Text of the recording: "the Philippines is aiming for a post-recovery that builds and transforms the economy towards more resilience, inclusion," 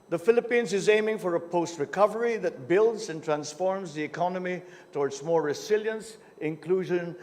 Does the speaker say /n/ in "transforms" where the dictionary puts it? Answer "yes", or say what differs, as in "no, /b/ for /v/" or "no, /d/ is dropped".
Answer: yes